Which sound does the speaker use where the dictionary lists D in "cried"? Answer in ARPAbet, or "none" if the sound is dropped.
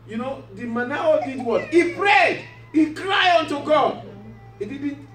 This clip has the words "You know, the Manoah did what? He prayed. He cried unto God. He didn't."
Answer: none